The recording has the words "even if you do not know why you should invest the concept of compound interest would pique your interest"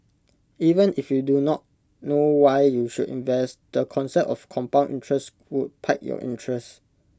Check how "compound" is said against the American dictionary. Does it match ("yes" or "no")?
no